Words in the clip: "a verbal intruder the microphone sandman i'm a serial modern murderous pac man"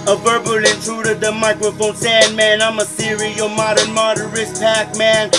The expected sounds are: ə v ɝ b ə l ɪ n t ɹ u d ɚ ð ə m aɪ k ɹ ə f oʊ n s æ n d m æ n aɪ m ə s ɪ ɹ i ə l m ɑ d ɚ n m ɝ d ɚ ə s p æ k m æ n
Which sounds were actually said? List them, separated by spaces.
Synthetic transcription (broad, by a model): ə v ɝ b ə l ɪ n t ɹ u d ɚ ð ə m aɪ k ɹ ə f oʊ n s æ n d m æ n aɪ m ə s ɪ ɹ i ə m ɑ d ɚ n m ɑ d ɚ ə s p æ k m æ n